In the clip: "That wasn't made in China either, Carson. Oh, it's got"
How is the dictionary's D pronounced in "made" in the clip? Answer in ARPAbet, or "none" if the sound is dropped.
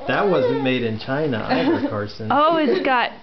D